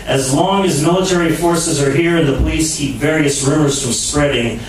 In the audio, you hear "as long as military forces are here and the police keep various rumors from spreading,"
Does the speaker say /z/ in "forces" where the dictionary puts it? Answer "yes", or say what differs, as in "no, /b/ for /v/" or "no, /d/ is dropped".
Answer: yes